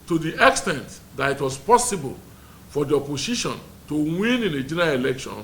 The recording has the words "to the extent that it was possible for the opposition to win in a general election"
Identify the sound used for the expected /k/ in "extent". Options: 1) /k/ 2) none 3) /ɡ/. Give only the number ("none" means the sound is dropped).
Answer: 1